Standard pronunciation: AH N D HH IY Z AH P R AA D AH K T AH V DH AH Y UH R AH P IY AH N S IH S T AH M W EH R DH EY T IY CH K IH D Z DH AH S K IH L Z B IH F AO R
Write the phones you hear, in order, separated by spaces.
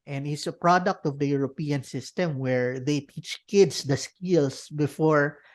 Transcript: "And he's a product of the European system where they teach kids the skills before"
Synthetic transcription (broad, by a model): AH N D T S AH P R AA D AH K T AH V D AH Y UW R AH P IY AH N S IH S T AH M W EH R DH EY T IY CH K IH D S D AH S K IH L S B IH F AO R